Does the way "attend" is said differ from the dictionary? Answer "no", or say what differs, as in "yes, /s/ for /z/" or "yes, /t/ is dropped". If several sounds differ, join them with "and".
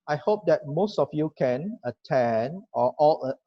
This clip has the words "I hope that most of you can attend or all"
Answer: yes, /d/ is dropped